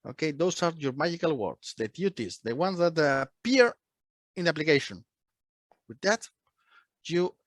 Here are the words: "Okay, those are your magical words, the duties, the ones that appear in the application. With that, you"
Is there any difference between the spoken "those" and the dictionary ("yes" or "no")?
yes